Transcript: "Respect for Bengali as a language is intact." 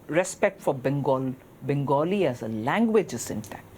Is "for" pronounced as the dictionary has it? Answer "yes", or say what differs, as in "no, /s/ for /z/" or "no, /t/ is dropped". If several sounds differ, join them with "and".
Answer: no, /l/ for /ɹ/